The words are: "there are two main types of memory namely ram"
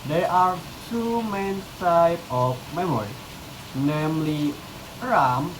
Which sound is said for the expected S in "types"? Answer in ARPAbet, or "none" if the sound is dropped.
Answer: none